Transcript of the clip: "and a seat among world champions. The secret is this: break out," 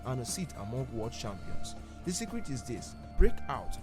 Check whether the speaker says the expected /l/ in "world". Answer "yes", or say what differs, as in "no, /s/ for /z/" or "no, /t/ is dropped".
no, /l/ is dropped